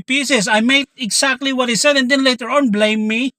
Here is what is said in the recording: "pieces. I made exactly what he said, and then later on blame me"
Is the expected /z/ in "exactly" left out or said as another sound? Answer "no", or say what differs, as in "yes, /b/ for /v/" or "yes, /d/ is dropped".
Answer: yes, /s/ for /z/